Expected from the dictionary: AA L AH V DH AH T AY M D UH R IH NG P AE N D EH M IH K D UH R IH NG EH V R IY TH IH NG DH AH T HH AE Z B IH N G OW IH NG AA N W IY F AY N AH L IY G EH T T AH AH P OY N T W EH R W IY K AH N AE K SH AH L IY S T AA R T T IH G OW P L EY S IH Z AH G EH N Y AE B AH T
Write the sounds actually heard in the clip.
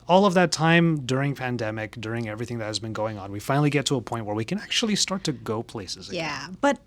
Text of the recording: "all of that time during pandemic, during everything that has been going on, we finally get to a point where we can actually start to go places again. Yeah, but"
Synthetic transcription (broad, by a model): AA L AH V DH AH T AY M D UH R IH NG P AE N D EH M IH K D UH R IH NG EH V R IY TH IH NG DH AH T HH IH Z B IH N G OW IH NG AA N W IY F AY N L IY G EH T T AH AH P OY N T W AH R W IY K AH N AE K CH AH L IY S T AA R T T IH G OW P L EY S IH Z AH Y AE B AH T